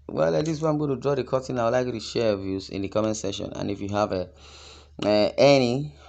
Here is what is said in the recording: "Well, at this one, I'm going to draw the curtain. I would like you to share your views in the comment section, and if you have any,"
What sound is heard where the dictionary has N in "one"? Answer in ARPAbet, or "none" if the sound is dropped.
none